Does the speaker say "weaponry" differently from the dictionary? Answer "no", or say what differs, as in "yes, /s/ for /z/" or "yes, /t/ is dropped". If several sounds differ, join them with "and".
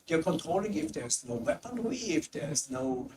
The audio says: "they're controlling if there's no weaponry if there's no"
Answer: yes, /w/ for /ɹ/